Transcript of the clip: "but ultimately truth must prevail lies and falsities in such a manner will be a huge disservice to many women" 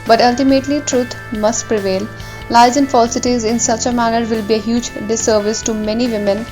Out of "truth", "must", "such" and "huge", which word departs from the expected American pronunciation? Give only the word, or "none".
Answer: truth